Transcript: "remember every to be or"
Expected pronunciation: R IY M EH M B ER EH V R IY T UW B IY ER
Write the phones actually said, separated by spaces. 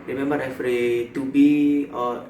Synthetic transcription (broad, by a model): R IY M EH M B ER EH F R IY T UW B IY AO